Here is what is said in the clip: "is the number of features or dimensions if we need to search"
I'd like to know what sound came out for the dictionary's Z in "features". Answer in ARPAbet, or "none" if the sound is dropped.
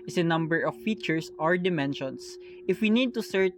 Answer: S